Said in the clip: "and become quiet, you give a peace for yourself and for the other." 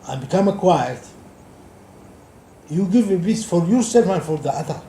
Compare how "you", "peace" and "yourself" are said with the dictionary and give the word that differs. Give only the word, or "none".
peace